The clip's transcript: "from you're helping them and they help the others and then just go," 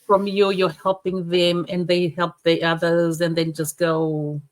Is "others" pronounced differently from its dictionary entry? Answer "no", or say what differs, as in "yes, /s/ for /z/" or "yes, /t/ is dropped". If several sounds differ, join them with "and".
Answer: no